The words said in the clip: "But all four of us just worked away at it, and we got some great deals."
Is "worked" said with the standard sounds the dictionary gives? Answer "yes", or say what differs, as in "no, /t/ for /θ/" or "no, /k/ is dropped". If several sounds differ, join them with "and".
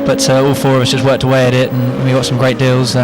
yes